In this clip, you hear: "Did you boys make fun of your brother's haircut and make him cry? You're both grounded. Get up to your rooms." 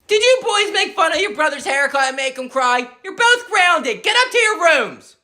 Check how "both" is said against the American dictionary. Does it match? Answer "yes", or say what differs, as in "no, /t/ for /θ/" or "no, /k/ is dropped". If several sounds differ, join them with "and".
yes